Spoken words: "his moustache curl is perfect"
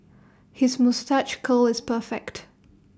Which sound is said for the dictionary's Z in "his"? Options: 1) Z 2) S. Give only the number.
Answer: 1